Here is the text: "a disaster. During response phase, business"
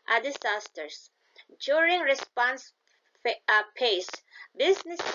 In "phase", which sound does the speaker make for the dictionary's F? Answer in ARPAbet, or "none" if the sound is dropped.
P